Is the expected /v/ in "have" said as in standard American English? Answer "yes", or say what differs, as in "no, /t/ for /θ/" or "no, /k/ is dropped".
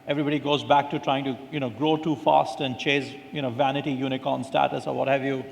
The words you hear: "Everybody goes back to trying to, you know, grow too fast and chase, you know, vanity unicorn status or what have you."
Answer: yes